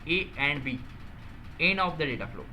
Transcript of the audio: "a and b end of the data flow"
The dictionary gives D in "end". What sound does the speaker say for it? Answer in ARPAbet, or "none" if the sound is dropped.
none